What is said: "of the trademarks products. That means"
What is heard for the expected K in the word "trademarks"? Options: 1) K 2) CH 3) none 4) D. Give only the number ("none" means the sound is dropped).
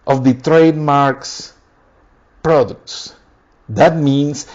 1